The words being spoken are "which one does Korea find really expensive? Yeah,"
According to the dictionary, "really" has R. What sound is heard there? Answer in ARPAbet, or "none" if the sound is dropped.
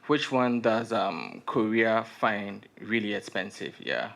R